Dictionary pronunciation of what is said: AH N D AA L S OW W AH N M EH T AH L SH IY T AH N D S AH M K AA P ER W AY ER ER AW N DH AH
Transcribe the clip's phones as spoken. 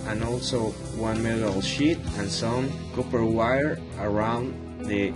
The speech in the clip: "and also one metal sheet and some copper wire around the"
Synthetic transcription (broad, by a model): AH N AA L S OW W AH N M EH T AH L SH IY T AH N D S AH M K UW P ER W AY ER ER AW N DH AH